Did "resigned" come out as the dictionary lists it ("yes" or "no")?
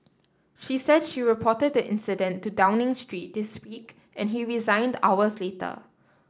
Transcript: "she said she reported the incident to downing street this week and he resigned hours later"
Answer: yes